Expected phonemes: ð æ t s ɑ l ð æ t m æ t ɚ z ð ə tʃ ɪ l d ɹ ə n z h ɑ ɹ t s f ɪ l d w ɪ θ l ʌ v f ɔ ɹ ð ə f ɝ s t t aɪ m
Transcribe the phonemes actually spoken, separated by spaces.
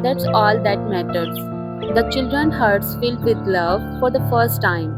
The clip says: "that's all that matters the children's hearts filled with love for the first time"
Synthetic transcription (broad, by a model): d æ t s ɑ l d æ t m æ t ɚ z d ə tʃ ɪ l d ɹ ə n h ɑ ɹ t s f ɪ l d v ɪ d l ʌ v f ɔ ɹ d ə f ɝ s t t aɪ m